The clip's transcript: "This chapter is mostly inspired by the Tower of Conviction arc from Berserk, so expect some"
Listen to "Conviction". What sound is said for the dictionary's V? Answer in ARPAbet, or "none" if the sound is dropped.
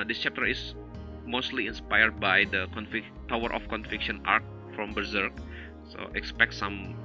F